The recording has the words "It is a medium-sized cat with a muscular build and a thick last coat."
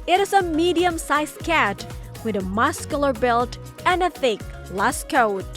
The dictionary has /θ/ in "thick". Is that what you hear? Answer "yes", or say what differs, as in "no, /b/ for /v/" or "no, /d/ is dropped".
yes